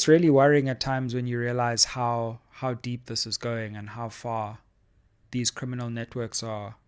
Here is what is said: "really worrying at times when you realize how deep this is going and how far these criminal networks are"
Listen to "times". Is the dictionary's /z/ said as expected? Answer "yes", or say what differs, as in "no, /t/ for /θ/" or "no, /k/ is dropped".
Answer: yes